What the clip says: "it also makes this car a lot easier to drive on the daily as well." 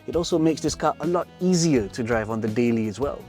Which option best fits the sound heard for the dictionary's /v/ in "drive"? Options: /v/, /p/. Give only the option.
/v/